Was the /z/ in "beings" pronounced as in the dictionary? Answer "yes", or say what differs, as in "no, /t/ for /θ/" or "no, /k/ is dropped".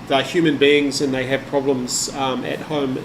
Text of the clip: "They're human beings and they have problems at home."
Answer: yes